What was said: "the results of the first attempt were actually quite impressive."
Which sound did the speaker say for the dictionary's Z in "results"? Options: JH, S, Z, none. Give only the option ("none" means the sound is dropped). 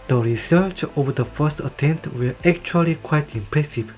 S